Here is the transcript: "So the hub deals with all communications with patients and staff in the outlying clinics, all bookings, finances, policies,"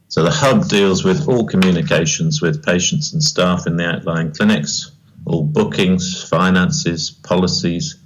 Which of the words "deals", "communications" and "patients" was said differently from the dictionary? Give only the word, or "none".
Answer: none